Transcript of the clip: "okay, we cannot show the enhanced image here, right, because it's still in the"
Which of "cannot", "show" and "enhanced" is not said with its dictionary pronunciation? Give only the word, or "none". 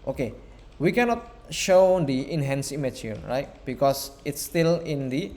enhanced